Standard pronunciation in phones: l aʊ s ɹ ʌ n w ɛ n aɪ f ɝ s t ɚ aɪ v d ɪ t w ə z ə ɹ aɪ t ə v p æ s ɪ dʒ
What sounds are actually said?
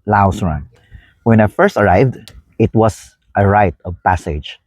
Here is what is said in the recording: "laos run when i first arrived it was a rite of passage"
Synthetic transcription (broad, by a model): l aʊ s ɹ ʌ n w ɛ n aɪ f ɝ s t ɚ aɪ v d ɪ t w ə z ə ɹ aɪ t ə v p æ s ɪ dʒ